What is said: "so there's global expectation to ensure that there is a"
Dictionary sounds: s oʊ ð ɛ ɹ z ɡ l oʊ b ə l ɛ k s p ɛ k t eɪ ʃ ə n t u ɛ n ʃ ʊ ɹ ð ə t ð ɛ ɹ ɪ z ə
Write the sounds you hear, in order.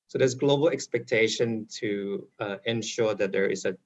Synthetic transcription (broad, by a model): s oʊ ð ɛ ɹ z ɡ l oʊ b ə l ɛ k s p ɛ k t eɪ ʃ ə n t u ɛ n ʃ ʊ ɹ ð ə t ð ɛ ɹ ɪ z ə